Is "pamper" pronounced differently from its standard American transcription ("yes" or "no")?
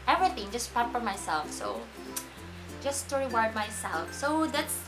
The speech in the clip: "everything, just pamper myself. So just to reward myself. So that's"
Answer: yes